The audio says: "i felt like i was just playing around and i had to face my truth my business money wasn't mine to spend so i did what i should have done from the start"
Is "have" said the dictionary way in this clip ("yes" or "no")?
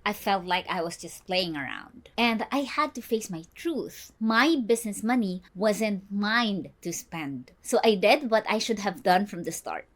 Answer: yes